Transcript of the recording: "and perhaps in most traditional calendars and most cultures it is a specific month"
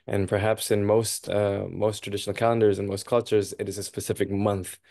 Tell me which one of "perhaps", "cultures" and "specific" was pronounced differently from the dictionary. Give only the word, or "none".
none